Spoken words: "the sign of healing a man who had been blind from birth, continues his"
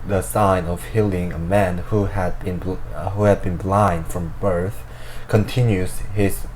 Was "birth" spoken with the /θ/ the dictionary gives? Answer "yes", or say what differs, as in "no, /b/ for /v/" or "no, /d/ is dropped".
yes